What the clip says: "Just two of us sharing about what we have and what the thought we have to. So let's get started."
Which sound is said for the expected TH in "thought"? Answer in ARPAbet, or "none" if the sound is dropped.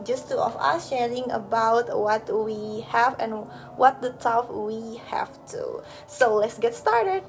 T